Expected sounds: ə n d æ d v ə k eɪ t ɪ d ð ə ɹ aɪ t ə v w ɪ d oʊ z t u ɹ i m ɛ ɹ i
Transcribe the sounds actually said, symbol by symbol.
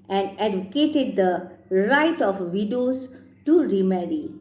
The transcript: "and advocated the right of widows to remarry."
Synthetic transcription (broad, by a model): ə n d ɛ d ə k eɪ t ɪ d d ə ɹ aɪ t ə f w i d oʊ s t u ɹ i m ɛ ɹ i